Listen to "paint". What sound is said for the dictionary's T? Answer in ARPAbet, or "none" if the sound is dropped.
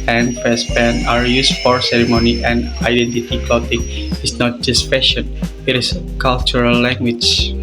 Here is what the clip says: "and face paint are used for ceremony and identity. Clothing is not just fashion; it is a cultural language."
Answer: none